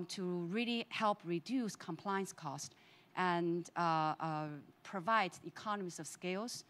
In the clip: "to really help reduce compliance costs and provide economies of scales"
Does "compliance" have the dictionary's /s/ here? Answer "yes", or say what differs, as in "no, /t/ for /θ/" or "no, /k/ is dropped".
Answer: yes